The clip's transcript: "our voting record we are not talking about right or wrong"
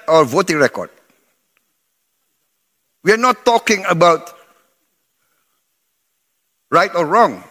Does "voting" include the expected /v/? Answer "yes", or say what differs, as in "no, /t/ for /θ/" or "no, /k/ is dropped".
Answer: yes